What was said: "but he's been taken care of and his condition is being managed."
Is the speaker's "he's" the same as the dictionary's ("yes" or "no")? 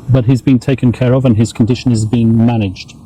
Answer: yes